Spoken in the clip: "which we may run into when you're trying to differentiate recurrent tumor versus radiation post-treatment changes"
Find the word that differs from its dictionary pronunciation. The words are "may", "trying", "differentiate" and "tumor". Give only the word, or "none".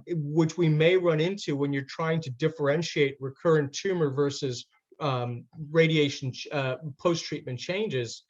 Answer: none